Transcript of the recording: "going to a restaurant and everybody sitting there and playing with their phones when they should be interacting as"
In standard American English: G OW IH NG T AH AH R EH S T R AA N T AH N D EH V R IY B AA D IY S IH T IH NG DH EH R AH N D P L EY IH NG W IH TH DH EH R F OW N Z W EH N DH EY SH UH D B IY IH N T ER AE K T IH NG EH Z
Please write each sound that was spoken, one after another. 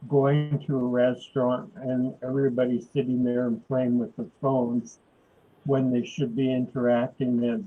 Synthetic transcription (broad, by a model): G OW IH NG T AH AH R EH S T R AA N T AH N EH V R IY B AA D IY S IH T IH NG DH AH R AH N P L EY IH NG W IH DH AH F OW N Z W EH N DH EY SH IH D B IY IH N T ER AE K T IH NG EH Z